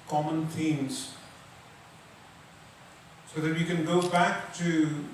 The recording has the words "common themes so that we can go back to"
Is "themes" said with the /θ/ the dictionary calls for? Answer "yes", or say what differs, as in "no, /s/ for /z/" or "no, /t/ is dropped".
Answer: no, /t/ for /θ/